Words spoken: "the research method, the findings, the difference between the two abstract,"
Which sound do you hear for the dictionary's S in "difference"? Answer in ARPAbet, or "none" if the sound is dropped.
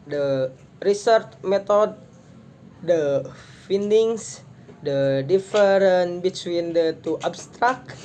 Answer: none